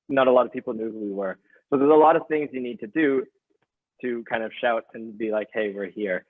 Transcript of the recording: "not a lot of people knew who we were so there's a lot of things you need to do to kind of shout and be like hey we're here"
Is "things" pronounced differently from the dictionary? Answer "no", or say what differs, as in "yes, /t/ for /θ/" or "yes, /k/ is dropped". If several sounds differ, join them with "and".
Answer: no